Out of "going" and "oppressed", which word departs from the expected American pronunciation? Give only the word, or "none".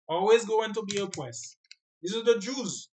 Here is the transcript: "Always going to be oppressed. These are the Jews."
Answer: oppressed